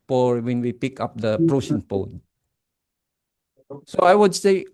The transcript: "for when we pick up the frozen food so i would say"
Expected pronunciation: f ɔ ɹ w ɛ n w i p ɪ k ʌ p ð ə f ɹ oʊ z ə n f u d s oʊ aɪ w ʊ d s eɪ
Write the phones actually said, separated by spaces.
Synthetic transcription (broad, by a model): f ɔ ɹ w ɛ n w i p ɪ k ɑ p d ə p ɹ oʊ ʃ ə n p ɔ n s oʊ aɪ w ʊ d s eɪ